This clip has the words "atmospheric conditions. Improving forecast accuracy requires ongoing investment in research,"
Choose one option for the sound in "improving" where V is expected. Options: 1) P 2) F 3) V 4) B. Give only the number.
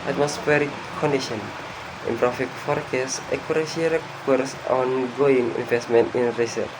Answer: 2